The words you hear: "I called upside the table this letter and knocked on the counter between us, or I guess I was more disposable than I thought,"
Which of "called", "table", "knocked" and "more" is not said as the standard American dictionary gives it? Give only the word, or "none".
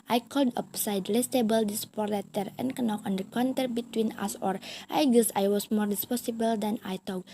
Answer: knocked